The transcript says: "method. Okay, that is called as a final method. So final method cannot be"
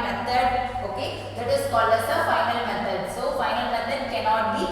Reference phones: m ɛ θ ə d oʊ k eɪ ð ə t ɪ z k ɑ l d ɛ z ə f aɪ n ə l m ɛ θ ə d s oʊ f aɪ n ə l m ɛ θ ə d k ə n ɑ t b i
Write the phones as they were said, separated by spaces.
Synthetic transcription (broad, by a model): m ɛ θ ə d oʊ k eɪ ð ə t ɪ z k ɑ l ʌ s ə f aɪ n ə l m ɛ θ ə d s oʊ f aɪ n ə l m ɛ t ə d k ə n ɑ t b i